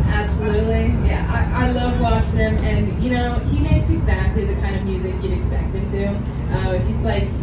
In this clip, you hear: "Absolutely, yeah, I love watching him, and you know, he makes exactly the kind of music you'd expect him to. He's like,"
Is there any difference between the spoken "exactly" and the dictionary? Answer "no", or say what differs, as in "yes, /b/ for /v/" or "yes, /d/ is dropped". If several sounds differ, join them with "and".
no